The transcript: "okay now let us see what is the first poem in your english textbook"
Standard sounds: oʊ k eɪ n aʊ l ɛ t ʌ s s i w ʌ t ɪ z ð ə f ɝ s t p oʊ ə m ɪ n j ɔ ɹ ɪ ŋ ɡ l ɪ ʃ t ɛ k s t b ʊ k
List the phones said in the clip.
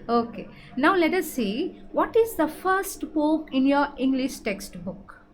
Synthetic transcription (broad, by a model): oʊ k eɪ n aʊ l ɛ t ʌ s s i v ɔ t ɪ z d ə f ɝ s t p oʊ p ɪ n j ɔ ɹ ɪ ŋ ɡ l ɪ ʃ t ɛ k s t b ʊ k